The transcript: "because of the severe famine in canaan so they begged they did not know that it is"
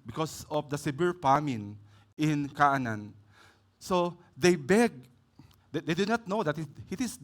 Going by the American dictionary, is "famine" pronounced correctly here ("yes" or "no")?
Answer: no